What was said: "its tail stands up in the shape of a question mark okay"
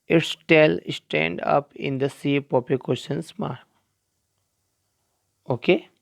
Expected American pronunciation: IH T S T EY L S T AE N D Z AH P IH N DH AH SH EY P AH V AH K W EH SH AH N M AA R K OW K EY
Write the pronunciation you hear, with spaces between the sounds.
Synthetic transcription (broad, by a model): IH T S T EY L S T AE N D AH P IH N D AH S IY P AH P AH K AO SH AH N M AA R K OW K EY